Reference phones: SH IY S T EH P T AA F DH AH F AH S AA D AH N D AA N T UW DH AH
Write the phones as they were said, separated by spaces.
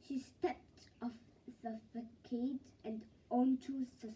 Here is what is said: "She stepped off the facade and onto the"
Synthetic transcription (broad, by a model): SH IY S T EH P T AA F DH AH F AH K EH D AH N D AA N T UW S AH